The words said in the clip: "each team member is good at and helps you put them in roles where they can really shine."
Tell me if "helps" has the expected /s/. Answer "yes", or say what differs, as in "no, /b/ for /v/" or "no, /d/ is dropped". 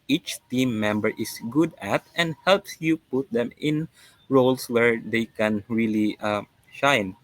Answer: yes